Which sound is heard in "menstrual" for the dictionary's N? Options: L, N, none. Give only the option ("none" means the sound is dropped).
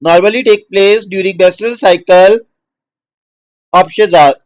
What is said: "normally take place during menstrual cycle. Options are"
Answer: none